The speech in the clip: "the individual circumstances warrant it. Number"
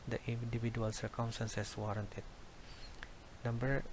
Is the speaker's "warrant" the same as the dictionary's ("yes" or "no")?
yes